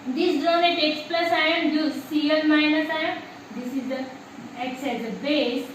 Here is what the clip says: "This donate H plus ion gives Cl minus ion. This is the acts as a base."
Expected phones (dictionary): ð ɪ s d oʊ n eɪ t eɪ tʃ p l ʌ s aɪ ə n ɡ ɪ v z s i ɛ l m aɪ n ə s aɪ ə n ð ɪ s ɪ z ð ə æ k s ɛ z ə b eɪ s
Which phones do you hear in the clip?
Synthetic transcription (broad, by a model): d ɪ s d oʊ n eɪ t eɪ s p l ʌ s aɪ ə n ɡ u z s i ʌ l m aɪ n ə s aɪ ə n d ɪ s ɪ z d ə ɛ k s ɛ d ə b eɪ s